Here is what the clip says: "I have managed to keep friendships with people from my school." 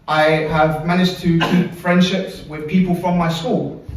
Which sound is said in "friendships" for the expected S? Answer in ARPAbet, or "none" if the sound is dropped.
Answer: S